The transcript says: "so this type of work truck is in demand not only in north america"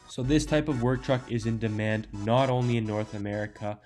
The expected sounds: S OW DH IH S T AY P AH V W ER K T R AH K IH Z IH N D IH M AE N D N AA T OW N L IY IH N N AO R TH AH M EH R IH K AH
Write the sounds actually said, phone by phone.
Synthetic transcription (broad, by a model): S OW DH IH S T AY P AH V W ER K T R AH K IH Z IH N D IH M AE N D N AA T OW N L IY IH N N AO R TH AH M EH R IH K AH